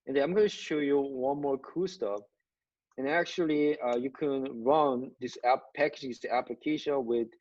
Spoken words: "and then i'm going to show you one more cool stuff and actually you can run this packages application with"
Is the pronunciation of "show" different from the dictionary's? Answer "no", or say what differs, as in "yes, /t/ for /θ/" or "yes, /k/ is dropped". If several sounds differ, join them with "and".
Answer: no